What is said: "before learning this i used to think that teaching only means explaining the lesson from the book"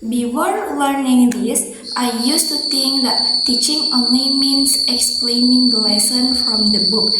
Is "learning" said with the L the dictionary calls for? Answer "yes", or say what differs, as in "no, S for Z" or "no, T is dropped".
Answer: yes